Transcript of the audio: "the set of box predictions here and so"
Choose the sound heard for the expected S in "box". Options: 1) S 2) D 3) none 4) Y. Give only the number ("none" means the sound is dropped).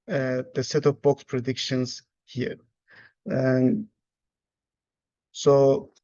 1